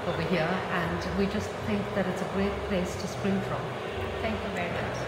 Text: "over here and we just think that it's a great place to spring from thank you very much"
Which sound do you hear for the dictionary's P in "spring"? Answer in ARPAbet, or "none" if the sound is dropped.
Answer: P